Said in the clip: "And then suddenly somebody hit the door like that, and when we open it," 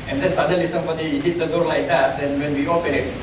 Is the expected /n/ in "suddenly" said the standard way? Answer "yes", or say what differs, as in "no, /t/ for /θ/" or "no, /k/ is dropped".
no, /n/ is dropped